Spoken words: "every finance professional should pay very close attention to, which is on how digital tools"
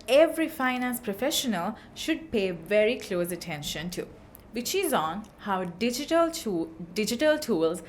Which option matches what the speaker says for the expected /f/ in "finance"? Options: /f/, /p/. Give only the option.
/f/